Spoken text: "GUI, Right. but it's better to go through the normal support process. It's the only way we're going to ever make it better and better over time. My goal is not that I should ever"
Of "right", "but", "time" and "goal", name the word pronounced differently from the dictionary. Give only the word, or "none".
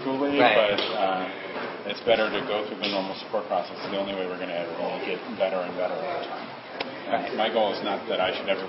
right